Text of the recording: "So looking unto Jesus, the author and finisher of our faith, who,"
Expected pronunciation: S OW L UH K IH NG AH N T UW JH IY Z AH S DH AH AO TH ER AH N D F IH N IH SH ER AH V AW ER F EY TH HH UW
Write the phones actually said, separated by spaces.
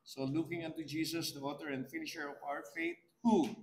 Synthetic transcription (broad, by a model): S OW L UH K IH NG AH N T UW JH IY S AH S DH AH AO T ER AH N D F IH N IH SH ER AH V AW ER F EY T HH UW